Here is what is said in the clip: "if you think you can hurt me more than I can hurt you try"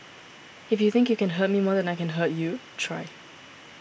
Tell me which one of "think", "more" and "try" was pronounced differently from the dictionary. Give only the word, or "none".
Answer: none